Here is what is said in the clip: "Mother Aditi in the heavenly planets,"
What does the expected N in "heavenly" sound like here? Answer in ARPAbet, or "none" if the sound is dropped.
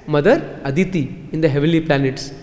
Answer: none